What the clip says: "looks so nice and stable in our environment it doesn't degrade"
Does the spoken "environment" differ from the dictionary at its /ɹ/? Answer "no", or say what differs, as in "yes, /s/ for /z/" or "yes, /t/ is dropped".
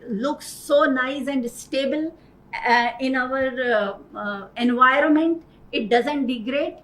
no